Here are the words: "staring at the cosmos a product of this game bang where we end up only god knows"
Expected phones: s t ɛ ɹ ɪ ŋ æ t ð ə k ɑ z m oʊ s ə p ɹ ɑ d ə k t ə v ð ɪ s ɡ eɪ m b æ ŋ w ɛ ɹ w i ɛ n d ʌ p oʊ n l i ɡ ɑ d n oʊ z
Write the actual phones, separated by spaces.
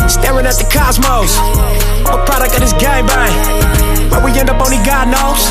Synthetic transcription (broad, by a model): s t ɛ ɹ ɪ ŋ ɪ t ð ə k ɑ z m oʊ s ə p ɹ ɑ d ə k t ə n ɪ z ɡ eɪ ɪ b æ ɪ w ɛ w i ɛ n d ʌ p oʊ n i ɡ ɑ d n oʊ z